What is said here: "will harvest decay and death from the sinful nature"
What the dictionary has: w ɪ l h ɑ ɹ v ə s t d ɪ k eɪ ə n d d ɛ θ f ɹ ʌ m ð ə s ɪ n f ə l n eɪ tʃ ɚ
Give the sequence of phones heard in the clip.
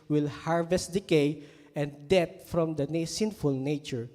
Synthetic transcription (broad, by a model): w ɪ l h ɑ ɹ v ə s t d ɪ k eɪ ə n d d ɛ t f ɹ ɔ m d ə s ɪ n f ə l n eɪ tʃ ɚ